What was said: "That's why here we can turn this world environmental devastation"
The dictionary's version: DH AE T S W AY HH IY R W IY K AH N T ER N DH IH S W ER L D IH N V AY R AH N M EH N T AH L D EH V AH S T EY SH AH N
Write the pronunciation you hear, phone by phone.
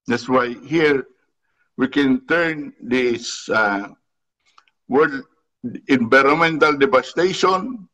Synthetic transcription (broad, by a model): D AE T S W AY HH IY R W IY K AH N T ER N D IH S W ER D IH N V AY R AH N M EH N T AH L D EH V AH S T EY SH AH N